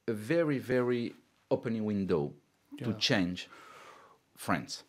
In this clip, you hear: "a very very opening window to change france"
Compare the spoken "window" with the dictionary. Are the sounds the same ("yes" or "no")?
yes